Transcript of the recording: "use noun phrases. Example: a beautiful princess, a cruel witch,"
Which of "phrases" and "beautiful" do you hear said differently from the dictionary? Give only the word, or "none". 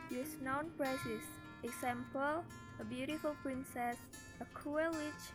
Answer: phrases